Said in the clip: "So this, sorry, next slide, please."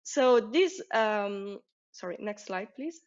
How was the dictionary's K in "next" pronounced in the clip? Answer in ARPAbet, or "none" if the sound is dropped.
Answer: K